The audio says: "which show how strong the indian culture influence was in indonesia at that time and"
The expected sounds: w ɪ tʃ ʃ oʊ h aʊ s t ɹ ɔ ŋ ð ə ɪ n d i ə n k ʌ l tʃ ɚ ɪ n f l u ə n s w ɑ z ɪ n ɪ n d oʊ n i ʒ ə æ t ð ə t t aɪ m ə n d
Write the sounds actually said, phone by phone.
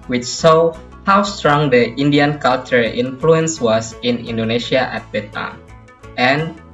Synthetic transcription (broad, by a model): w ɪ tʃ s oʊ h aʊ s t ɹ ɔ ŋ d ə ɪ n d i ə n k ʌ l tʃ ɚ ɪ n f l u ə n s w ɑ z ɪ n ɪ n d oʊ n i ʃ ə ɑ t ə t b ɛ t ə n